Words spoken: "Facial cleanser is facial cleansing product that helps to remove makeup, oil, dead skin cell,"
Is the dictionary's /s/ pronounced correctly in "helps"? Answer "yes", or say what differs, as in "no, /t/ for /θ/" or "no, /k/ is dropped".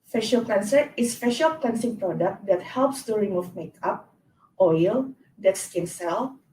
yes